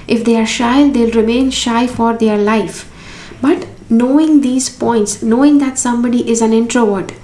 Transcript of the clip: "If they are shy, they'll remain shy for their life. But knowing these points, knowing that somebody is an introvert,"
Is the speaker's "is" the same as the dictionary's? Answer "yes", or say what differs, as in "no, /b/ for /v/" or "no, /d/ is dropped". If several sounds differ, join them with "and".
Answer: yes